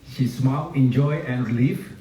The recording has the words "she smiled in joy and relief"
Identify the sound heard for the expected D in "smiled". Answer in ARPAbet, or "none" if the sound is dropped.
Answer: none